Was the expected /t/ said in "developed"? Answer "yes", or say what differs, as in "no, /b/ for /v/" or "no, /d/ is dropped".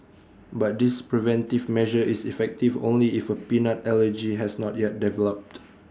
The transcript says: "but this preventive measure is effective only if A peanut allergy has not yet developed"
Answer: yes